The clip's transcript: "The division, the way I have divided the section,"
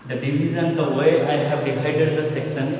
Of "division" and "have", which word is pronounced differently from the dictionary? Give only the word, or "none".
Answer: division